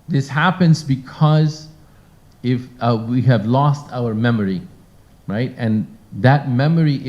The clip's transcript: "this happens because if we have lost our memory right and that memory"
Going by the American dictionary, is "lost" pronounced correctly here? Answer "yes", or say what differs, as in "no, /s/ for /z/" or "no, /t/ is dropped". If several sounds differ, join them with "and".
yes